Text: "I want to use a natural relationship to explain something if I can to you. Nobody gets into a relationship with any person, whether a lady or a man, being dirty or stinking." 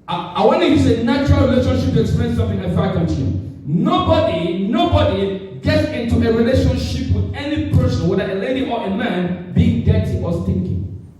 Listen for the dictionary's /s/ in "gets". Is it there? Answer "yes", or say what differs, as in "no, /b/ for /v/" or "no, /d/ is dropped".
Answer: yes